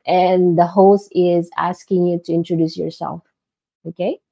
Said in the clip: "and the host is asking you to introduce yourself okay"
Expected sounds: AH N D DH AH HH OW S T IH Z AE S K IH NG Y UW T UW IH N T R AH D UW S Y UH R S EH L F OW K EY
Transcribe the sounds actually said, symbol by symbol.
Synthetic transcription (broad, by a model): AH N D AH HH OW S T IH Z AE S K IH NG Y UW T UW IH N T R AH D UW S Y UH R S EH L F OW K EY